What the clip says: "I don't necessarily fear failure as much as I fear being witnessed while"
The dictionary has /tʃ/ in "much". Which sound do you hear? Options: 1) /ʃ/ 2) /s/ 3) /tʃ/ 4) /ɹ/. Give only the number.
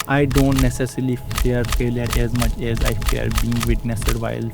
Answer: 3